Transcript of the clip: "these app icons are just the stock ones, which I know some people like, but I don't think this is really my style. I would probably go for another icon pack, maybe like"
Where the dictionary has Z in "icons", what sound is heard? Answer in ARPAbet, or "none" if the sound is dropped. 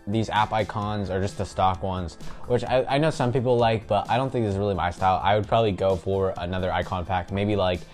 Z